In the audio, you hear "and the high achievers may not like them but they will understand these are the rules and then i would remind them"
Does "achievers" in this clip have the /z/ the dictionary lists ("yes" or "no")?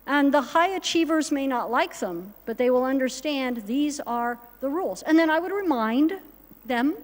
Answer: yes